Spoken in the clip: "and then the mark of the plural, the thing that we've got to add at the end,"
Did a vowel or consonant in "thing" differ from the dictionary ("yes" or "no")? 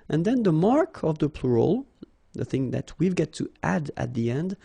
no